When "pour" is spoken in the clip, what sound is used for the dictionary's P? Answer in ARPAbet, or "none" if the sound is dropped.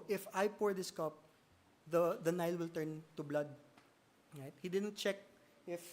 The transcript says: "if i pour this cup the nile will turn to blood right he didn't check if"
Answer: P